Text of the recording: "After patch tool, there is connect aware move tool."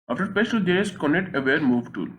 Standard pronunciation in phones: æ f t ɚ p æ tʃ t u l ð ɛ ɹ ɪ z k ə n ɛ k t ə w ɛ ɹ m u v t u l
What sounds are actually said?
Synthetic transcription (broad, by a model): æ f t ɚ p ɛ s t u l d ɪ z k ə n ɛ k t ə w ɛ ɹ m u v t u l